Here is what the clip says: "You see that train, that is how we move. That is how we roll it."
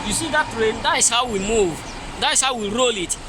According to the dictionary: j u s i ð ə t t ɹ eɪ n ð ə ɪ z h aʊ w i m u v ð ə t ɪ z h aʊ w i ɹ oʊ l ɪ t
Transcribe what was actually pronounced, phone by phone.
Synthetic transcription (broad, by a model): j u s i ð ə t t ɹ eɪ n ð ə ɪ s h aʊ w i m u v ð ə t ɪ s h aʊ w i ɹ oʊ l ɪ t